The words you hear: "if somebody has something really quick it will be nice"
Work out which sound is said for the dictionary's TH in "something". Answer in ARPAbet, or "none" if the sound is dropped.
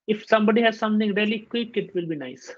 T